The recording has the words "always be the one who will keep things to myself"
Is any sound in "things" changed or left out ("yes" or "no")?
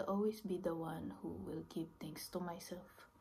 yes